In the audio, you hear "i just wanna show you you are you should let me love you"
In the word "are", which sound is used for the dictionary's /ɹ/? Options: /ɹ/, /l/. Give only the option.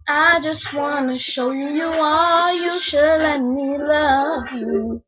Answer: /l/